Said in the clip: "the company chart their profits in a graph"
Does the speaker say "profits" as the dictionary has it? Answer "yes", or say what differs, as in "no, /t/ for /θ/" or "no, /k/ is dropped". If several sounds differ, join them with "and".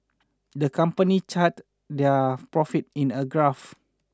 no, /s/ is dropped